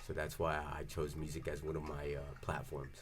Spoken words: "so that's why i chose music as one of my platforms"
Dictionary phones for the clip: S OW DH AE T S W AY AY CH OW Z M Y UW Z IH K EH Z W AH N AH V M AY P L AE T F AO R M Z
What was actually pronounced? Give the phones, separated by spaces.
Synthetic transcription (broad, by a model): S OW DH AE T S W AY AY CH OW Z M Y UW Z IH K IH Z W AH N AH V M AY P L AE T F AO R M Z